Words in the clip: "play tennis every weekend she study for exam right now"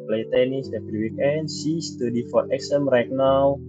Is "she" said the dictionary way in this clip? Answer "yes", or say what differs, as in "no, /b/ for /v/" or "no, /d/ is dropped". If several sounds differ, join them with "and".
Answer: no, /s/ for /ʃ/